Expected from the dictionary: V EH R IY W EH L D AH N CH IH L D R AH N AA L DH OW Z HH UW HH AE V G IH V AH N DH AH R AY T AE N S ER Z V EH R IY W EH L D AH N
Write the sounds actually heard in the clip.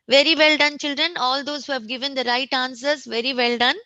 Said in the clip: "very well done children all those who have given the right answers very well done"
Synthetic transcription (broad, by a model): V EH R IY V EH L D AH N CH IH L D R AH N AA L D OW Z HH UW HH AE V G IH V AH N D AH R AY T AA N S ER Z V EH R IY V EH L D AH N